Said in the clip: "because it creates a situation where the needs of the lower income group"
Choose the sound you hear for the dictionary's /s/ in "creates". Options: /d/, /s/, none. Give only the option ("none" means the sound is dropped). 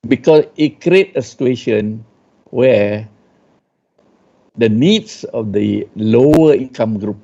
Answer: none